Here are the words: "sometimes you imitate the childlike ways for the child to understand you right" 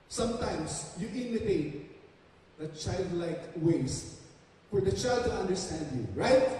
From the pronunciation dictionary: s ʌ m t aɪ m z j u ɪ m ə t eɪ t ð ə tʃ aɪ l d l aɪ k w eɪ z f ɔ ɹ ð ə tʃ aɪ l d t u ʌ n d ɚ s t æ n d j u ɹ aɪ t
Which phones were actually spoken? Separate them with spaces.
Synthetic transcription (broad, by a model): s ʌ m t aɪ m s j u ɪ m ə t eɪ t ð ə tʃ aɪ l d l aɪ k w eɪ s f ɔ ɹ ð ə tʃ aɪ l d t u ʌ n d ɚ s t æ n d j u ɹ aɪ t